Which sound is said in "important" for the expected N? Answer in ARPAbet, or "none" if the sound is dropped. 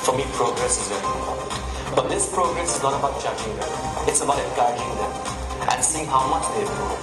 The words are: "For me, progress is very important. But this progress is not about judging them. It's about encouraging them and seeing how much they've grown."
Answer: none